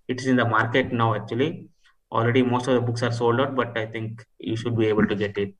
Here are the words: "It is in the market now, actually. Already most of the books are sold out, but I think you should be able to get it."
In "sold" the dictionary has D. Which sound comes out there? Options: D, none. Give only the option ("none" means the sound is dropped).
D